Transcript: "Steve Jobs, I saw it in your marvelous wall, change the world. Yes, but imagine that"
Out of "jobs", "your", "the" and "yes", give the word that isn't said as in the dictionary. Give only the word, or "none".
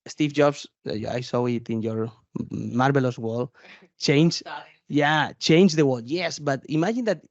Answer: jobs